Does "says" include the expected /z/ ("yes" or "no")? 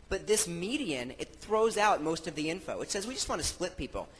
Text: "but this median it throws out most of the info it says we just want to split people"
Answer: yes